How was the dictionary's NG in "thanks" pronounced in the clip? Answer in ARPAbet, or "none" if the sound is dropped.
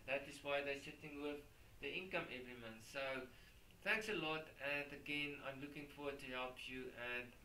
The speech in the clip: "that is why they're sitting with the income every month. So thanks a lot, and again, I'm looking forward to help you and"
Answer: NG